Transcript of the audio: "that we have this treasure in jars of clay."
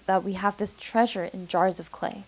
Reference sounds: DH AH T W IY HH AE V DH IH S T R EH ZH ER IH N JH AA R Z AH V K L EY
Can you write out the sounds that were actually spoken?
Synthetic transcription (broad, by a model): DH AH T W IY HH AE V DH IH S T R EH ZH ER IH N JH AA R Z AH V K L EY